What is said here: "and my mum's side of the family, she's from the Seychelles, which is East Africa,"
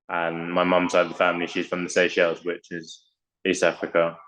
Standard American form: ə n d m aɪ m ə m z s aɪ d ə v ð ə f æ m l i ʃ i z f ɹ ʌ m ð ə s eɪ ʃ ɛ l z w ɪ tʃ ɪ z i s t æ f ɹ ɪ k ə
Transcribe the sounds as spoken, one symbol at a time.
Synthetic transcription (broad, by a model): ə n m aɪ m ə m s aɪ ə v ð ə f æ m l i ʃ i z f ɹ ʌ m ð ə s eɪ ʃ ɛ l z w ɪ tʃ ɪ z i s t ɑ f ɹ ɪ k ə